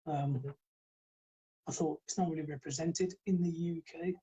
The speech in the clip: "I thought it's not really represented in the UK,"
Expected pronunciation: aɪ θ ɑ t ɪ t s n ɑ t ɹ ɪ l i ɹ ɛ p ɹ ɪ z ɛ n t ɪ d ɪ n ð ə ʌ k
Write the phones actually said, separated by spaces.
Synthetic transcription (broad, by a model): aɪ θ ɑ t ɪ t s n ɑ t ɹ ɪ l i ɹ ɛ p ɹ ɪ z ɛ n t ɪ d ɪ n ð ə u k